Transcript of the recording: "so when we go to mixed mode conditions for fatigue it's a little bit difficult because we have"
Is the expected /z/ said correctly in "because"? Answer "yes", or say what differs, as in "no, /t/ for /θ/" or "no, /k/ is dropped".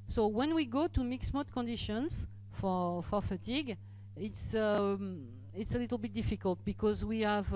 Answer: yes